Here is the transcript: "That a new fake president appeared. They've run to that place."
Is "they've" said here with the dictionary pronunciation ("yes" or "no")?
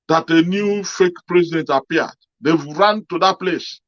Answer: no